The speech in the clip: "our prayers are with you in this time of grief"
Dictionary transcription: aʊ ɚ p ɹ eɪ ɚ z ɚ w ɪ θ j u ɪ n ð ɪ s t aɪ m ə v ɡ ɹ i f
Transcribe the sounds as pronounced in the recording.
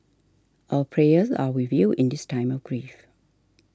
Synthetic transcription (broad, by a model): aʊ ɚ p ɹ eɪ ɚ z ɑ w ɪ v j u ɪ n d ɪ s t aɪ m ə v ɡ ɹ i f